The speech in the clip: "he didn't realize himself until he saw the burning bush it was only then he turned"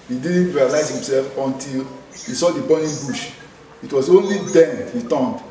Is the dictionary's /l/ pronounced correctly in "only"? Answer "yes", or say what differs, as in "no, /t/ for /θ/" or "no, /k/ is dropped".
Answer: yes